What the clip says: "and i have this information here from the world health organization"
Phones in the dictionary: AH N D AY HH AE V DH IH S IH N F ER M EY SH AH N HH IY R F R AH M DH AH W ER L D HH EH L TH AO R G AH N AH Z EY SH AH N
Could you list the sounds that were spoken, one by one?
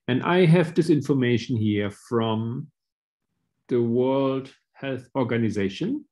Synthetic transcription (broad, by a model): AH N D AY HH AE V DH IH S IH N F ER M EY SH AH N HH IY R F R AH M DH AH W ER L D HH EH L TH AO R G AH N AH Z EY SH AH N